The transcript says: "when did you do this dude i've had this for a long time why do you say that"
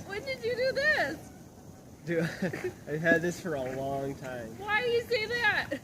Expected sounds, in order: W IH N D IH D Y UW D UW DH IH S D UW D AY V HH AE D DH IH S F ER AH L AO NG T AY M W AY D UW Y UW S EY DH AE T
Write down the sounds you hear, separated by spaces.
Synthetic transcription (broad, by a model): W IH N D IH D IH D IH DH IH S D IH AY V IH D DH IH S F ER AH L AO NG T AY M W AY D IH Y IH S EY DH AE T